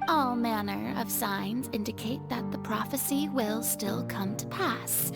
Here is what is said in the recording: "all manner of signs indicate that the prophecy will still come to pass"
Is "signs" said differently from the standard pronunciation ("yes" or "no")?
no